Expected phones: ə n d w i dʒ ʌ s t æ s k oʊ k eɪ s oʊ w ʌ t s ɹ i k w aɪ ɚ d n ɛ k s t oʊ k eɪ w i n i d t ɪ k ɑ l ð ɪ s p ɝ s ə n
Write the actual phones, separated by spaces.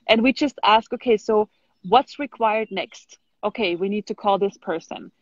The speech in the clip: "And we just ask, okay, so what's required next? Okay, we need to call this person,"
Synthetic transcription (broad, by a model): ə n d w i dʒ ʌ s t æ s k oʊ k eɪ s oʊ w ʌ t s ɹ i k w aɪ ɚ d n ɛ k s t oʊ k eɪ w i n i d t ɪ k ɑ l ð ɪ s p ɝ s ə n